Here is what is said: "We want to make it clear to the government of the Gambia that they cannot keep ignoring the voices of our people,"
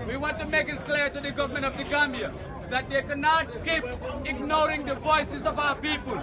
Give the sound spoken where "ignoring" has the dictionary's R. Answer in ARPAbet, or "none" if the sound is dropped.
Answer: R